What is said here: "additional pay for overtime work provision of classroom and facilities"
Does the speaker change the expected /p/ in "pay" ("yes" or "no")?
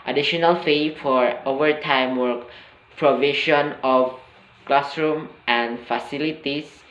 yes